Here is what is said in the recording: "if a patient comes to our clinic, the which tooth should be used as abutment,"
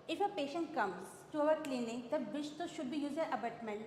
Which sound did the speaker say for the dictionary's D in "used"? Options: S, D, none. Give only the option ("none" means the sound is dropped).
none